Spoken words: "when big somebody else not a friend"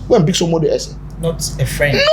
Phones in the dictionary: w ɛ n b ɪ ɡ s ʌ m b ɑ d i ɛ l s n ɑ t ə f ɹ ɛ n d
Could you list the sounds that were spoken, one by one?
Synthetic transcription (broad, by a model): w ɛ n b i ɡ s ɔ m ɑ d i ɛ s n ɑ t ə f ɹ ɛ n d